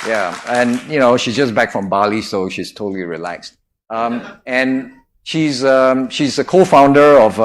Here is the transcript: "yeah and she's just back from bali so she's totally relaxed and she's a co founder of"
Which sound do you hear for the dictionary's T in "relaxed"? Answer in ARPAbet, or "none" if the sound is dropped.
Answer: T